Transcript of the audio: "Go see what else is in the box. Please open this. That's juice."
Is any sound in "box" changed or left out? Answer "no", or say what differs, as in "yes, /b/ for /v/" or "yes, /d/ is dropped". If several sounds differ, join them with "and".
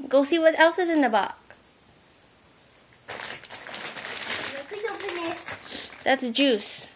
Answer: yes, /s/ is dropped